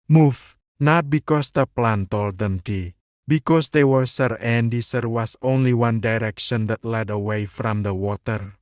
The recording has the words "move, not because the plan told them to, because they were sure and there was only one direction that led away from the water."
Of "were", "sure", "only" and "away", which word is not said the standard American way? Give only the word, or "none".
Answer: sure